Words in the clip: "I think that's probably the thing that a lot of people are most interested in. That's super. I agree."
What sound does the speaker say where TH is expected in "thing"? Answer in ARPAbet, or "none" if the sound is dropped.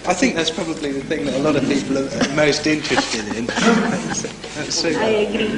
TH